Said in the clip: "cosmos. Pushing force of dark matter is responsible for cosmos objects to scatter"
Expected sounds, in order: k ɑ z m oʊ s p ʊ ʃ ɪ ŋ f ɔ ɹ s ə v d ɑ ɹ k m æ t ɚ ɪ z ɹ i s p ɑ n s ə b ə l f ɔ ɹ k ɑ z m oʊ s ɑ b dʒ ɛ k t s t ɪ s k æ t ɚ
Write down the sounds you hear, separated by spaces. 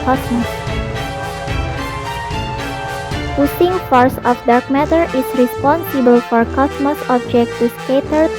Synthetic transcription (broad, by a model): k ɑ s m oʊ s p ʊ s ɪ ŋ f ɔ ɹ s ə f d ɑ ɹ k m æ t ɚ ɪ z ɹ i s p ɑ n s ə b ə l f ɔ ɹ k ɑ s m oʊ s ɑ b dʒ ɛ k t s t ɪ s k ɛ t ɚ